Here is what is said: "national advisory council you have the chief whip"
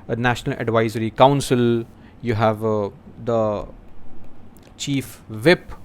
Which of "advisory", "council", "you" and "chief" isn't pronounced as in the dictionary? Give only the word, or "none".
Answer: none